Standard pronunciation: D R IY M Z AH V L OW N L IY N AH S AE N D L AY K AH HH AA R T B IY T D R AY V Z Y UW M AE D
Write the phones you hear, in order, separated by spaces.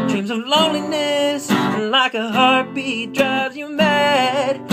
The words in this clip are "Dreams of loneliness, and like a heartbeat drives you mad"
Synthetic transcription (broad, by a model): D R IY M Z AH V L OW N L IY N AH S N L AY K AH HH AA R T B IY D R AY Z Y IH M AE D